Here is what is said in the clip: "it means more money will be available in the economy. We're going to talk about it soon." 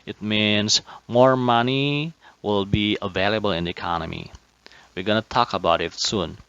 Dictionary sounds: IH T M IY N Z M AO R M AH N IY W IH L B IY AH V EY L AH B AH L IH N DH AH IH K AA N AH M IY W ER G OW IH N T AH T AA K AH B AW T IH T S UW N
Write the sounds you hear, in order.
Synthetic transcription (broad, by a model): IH T M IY N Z M AO R M AH N IY W IH L B IY AH V EY L AH B AH L IH N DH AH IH K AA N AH M IY W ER G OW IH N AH T AA K AH B AW T IH T S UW N